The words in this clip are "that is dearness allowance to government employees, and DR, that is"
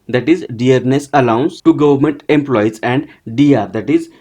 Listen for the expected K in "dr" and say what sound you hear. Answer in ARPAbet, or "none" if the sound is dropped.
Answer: none